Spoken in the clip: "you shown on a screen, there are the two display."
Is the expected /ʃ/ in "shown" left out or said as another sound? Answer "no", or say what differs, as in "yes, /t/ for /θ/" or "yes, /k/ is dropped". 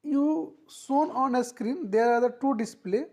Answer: yes, /s/ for /ʃ/